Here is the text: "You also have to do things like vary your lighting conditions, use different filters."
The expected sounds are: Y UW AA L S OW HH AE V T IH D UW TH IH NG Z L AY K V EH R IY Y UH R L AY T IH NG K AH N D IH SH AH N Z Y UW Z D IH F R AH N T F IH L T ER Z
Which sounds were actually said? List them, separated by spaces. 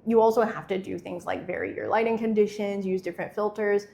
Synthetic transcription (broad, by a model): Y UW AA L S OW HH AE F T IH D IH TH IH NG Z L AY K V EH R IY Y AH R L AY T IH NG K AH N D IH SH AH N Z Y UW Z D IH F R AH N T F IH L T ER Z